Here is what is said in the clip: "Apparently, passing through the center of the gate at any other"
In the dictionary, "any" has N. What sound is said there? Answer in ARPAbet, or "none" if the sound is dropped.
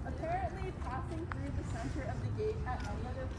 none